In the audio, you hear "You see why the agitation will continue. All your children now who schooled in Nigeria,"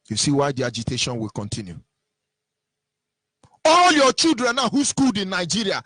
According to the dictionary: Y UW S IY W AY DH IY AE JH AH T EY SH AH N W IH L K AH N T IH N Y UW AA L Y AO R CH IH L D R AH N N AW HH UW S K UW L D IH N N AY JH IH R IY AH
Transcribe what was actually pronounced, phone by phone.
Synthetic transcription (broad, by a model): Y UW S IY W AY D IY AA JH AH T EY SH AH N W IH L K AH N T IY N Y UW AA L Y AO CH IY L D R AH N N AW HH UW S K UW L D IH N N AY JH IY R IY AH